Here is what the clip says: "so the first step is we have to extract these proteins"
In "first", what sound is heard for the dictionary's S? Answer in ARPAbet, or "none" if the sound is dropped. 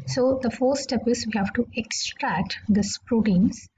none